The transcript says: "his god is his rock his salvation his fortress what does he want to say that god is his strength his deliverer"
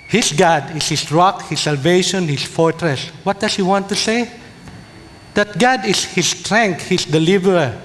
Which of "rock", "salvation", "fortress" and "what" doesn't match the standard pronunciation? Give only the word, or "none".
none